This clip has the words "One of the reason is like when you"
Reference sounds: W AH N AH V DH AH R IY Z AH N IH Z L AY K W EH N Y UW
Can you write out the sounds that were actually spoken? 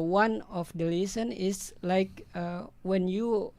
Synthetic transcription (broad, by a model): W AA N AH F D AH L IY S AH N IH S L AY K W EH N Y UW